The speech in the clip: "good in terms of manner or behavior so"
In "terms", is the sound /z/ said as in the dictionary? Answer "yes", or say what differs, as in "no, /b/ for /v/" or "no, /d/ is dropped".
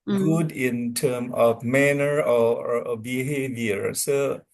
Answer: no, /z/ is dropped